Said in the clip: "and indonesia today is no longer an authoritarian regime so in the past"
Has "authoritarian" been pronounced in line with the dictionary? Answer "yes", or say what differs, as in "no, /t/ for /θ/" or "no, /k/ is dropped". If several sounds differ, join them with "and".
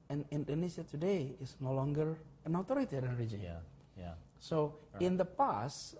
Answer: no, /t/ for /θ/